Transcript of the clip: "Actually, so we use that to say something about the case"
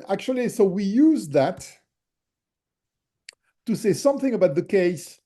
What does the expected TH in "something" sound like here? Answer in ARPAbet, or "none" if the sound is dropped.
TH